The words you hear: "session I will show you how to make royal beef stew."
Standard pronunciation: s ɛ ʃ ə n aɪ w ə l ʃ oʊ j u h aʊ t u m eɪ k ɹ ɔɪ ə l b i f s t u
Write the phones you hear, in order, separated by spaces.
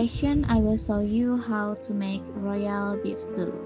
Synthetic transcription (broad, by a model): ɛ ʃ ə n aɪ w ə l s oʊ j u h aʊ t u m eɪ k ɹ ɔɪ ə l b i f s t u